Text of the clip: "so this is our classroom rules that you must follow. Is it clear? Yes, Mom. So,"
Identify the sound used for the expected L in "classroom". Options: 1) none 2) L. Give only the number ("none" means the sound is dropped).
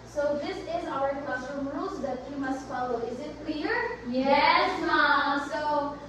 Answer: 1